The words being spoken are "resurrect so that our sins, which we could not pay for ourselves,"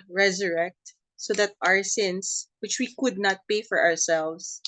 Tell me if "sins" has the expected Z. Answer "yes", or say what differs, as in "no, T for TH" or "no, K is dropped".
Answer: no, S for Z